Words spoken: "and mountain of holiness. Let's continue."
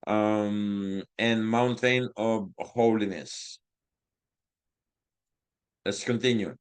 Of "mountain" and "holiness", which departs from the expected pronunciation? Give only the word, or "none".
none